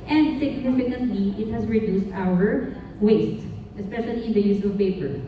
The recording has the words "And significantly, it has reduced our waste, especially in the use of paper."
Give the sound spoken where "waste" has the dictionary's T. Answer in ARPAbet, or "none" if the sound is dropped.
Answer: T